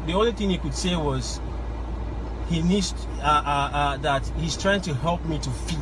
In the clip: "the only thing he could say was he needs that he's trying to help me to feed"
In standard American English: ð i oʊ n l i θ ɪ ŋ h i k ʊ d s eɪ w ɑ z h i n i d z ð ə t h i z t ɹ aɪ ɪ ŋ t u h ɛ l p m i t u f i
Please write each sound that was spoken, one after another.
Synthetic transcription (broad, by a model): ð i oʊ n l i θ ɪ ŋ h i k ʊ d s eɪ w ɑ z h i n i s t ð ə t h i z t ɹ aɪ ɪ ŋ t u h ɛ l p m i t u f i